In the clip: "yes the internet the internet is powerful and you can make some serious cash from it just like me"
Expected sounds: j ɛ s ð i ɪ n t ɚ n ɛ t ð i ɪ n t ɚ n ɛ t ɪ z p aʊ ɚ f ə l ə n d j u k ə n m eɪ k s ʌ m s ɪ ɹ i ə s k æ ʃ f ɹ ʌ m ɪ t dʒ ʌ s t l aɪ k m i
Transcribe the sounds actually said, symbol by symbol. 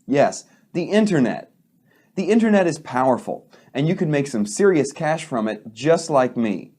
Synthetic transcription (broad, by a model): j ɛ s ð i ɪ n t ɚ n ɛ t ð i ɪ n t ɚ n ɛ t ɪ z p aʊ ɚ f l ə n j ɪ k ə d m eɪ k s ʌ m s ɪ ɹ i ə s k æ ʃ f ɹ ʌ m ɪ t dʒ ʌ s t l aɪ k m i